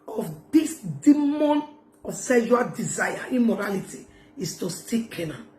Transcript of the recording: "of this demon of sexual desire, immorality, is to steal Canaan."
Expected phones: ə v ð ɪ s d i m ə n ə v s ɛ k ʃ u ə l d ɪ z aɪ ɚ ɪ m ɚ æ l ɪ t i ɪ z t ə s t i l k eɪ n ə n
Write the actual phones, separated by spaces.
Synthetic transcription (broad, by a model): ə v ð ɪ s d i m ə n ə s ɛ ʃ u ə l d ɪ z aɪ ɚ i m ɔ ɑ l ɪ t i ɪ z t ə s t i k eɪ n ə